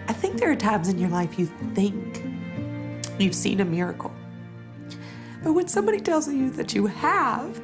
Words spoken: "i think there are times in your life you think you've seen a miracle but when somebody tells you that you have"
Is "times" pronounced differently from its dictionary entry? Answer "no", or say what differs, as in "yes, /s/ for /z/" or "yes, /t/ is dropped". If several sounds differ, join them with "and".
no